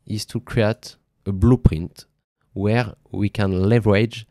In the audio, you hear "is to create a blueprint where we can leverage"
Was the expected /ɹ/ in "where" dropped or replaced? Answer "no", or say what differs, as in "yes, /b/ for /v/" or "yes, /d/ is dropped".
no